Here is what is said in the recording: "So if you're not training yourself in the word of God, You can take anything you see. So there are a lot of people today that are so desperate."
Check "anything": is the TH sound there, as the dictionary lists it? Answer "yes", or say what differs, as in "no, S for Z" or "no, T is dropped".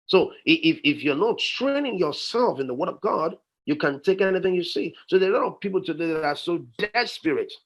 yes